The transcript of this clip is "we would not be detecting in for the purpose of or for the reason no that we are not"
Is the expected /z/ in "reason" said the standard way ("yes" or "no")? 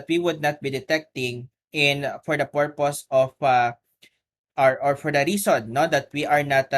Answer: no